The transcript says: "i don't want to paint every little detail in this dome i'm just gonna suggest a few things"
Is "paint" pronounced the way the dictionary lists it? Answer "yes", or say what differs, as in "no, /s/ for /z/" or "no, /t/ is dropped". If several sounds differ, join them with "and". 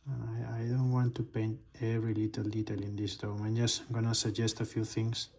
yes